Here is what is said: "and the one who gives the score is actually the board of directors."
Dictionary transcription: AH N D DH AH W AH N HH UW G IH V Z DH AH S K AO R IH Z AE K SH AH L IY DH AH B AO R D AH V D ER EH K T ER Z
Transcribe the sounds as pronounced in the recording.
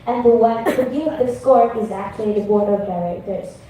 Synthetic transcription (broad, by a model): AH N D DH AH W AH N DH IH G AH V DH AH S K AO R IH Z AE K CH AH L IY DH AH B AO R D AH V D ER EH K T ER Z